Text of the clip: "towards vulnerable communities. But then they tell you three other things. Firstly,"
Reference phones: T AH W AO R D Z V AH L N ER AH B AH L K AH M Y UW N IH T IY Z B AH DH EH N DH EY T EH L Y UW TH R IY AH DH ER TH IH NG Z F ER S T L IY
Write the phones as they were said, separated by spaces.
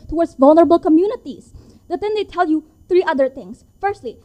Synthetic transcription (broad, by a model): T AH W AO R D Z V AH L N ER AH B AH L K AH M Y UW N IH T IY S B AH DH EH N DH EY T EH L Y UW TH R IY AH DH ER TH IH NG S F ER S T L IY